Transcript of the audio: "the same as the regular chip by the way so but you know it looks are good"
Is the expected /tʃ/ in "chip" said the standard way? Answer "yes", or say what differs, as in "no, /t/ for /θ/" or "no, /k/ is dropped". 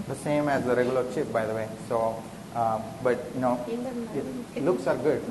no, /ʃ/ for /tʃ/